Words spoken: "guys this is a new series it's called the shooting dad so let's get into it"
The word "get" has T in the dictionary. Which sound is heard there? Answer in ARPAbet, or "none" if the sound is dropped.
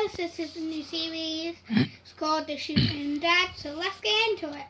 none